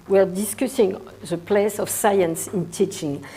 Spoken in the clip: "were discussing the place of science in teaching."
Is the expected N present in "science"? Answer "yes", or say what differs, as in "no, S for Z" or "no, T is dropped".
yes